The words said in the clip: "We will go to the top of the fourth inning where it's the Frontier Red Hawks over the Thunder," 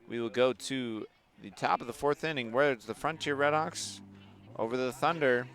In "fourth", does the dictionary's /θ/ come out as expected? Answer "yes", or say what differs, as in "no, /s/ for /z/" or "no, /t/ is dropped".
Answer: yes